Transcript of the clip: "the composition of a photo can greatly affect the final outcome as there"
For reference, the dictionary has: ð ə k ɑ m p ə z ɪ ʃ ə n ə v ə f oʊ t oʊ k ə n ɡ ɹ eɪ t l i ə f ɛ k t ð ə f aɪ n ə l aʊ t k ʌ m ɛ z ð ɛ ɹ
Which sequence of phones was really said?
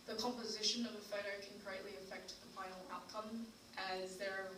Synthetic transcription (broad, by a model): ð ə k ɑ m p ə z ɪ ʃ ə n ə v ə f oʊ t oʊ k ə n ɡ ɹ eɪ t l i ə f ɛ k t ð ə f aɪ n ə l aʊ t k ʌ m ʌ z ð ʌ ɹ